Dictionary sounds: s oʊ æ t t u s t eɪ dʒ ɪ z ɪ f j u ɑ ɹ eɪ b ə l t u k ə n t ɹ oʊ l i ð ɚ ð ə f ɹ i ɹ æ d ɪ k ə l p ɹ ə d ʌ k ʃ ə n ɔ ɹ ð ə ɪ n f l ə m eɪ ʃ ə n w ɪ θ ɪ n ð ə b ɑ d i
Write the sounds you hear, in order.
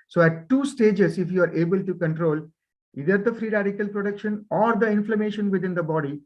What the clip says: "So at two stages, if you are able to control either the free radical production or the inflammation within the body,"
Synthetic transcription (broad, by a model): s oʊ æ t t u s t eɪ dʒ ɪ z ɪ f j u ɑ ɹ eɪ b ə l t u k ə n t ɹ oʊ l i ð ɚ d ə f ɹ i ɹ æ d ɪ k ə l p ɹ ə d ʌ k ʃ ə n ɔ ɹ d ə ɪ n f l ə m eɪ ʃ ə n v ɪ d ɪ n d ə b ɑ d i